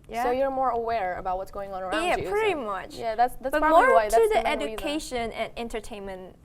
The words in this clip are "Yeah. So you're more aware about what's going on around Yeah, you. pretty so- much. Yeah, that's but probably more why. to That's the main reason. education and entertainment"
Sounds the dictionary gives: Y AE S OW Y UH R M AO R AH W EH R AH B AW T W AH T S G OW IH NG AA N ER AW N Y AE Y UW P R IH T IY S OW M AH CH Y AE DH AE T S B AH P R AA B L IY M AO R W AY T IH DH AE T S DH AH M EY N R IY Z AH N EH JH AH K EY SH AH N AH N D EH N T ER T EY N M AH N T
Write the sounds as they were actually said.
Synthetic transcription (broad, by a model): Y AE S OW Y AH R M AO R AH W EH R AH B AW T W AH T S G OW IH NG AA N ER Y AE P R IH T IY M AH CH Y AE DH AE T S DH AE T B IY M AO R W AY T IH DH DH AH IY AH EH JH AH K EY SH AH N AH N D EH N T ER T EY N M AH N T